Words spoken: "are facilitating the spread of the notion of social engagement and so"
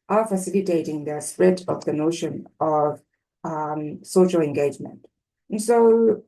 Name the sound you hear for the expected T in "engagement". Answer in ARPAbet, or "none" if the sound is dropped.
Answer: T